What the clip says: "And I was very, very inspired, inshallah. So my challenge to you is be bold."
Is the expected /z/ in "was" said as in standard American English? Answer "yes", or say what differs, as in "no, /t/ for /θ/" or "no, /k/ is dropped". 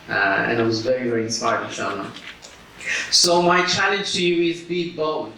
yes